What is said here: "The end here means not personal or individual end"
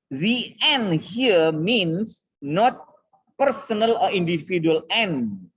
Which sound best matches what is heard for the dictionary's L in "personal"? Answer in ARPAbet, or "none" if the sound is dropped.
L